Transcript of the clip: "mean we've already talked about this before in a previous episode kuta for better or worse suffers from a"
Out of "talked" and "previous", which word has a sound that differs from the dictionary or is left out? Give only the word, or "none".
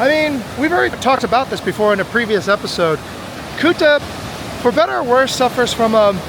none